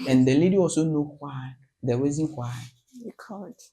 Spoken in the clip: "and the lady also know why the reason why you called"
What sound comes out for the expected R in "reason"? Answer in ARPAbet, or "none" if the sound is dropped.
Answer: W